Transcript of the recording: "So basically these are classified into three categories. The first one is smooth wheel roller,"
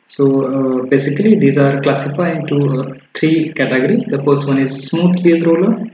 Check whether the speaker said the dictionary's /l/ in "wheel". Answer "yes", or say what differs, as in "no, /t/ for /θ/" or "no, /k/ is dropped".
no, /n/ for /l/